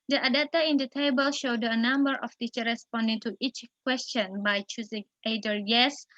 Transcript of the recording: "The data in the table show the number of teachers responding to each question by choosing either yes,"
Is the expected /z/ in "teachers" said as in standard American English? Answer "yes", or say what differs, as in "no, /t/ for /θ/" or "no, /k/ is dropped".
no, /z/ is dropped